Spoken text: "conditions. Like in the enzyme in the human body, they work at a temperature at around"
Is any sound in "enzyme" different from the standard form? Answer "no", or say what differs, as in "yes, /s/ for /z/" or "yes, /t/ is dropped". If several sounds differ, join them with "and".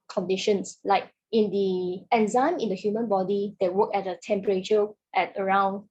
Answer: no